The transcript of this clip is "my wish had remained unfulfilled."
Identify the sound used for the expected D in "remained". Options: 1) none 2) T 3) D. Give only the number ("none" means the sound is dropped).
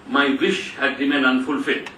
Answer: 1